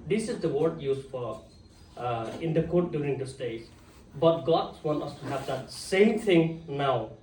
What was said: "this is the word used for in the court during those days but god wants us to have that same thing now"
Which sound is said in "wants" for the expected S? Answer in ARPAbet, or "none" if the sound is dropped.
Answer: none